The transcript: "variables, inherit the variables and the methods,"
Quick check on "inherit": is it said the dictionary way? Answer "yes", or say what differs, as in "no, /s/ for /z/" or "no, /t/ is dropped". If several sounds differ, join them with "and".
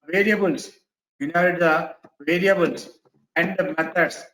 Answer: no, /ɹ/ is dropped